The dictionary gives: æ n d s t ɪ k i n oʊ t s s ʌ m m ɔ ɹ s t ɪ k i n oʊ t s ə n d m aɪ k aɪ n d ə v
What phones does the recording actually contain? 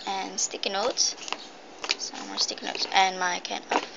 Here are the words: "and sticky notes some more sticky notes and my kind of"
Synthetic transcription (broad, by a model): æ n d s t ɪ k i n oʊ t s s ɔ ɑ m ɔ s t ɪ k n oʊ t s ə n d m aɪ k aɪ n ə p